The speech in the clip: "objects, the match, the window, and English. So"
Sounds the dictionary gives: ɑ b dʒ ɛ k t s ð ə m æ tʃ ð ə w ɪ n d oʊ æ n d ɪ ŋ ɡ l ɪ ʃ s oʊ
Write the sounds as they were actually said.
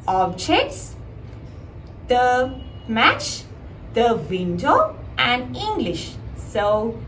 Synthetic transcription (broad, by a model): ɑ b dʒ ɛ k t s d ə m æ tʃ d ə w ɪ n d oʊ æ n d ɪ ŋ ɡ l ɪ ʃ s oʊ